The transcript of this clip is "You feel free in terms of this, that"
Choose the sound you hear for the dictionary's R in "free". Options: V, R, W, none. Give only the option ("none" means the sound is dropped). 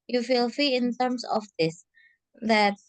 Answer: none